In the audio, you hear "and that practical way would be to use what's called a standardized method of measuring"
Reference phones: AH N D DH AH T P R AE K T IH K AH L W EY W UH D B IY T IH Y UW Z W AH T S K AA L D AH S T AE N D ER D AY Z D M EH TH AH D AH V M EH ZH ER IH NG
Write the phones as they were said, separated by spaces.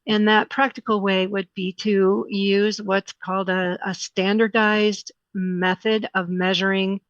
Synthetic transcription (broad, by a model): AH N DH AH T P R AE K T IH K L W EY W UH D B IY T IH Y UW Z W AH T S K AA L D AH S T AE N D ER D AY Z D M EH TH AH D AH V M EH ZH ER IH NG